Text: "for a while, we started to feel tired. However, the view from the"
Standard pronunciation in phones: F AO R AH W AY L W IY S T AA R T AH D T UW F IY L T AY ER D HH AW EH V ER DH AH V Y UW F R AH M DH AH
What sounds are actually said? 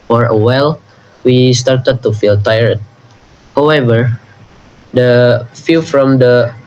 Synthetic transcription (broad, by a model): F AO R AH W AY L W IY S T AA R T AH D T UW F IY L T AY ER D HH AW EH V ER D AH F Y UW F R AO M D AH